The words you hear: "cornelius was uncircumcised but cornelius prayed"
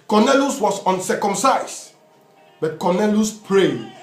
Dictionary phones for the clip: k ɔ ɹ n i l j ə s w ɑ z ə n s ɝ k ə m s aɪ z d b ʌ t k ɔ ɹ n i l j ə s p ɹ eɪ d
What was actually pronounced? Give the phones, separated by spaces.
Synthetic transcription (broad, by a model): k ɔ n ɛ l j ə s w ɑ s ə n s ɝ k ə m s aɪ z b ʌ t k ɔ n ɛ l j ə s p ɹ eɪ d